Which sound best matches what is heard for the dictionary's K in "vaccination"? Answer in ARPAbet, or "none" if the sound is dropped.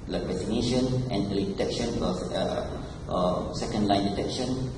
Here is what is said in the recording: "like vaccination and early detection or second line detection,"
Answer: none